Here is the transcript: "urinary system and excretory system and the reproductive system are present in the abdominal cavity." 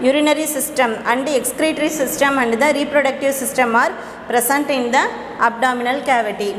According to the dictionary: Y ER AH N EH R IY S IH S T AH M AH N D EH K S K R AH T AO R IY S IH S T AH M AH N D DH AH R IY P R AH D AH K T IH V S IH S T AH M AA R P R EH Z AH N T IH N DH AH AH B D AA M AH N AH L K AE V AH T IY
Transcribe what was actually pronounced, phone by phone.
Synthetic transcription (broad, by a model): Y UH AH N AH R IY S IH S T AH M AH N D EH K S K R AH T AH R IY S IH S T AH M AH N D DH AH R IY P R AH D AH K T IH V S IH S T AH M AA R P R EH S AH N T IH N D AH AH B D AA M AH N AH L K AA V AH T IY